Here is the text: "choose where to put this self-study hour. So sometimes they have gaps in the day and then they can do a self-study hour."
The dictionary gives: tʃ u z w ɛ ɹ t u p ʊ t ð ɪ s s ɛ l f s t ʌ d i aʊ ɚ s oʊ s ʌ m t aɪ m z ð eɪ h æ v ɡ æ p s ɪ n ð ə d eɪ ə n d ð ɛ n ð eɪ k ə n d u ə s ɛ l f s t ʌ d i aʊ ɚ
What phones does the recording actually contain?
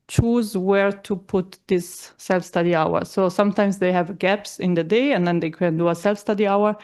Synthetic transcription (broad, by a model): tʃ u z w ɛ ɹ t u p ʊ t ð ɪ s s ɛ l f s t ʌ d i aʊ ɚ s oʊ s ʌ m t aɪ m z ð eɪ h æ v ɡ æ p s ɪ n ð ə d eɪ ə n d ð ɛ n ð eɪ k ə n d u ə s ɛ l f s t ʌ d i aʊ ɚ